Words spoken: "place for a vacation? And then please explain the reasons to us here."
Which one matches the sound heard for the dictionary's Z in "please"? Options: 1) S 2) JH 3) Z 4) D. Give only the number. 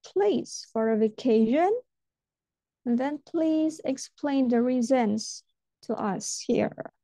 3